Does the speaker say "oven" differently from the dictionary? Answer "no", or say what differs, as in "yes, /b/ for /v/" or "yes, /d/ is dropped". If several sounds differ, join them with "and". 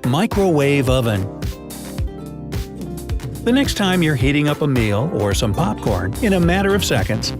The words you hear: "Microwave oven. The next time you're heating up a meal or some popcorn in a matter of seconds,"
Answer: no